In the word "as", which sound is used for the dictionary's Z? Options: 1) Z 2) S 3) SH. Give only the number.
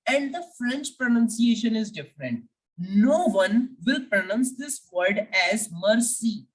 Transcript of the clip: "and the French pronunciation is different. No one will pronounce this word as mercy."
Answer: 1